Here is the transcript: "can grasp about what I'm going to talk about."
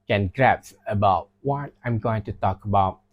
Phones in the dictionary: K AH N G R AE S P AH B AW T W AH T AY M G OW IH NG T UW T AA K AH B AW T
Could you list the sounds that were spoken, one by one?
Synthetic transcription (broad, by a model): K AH N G R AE P AH B AW T W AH T AY M G OW IH NG T UW T AA K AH B AW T